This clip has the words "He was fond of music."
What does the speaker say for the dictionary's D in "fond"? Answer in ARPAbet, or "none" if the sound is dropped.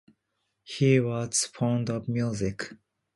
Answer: D